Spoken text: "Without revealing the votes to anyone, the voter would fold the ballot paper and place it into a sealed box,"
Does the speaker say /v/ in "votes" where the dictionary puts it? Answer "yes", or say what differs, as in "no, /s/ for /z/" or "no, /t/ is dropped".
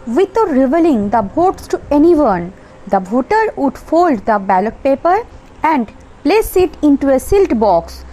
no, /b/ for /v/